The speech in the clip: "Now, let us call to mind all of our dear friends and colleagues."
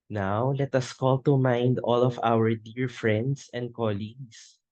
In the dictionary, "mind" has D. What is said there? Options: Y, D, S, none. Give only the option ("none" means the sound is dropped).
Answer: D